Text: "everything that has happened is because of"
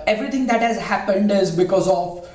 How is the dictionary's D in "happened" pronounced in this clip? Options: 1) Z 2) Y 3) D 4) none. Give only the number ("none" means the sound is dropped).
3